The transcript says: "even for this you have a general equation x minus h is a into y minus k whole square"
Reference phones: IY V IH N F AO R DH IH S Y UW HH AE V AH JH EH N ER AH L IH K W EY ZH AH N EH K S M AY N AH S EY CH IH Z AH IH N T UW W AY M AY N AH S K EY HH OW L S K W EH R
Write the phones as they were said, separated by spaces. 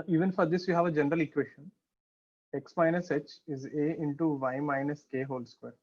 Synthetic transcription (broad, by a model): IY V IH N F AO R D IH S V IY HH AE V AH JH EH N ER AH L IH K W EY SH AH N EH K S M AY N AH S EY CH IH Z AH IH N T UW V AY M AY N AH S K EY HH OW L S K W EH R